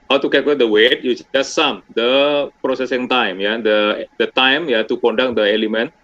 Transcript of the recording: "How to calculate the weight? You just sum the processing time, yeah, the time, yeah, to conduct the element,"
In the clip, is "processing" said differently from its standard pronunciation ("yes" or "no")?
no